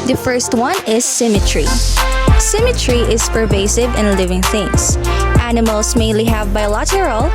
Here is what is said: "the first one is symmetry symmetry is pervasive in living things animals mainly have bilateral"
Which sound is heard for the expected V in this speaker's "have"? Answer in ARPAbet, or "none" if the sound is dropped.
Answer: V